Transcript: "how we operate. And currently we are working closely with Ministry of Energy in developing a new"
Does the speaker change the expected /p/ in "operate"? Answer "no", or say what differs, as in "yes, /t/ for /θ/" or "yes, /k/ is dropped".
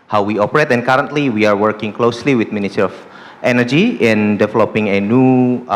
no